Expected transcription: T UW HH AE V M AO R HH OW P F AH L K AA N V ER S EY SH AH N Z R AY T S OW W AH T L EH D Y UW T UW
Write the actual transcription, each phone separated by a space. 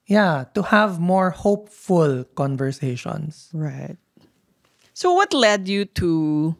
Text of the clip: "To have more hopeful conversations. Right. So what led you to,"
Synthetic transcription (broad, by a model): T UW HH AE V M AO R HH OW P F AH L K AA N V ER S EY SH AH N S R AY T S OW W AH T L EH D Y UW T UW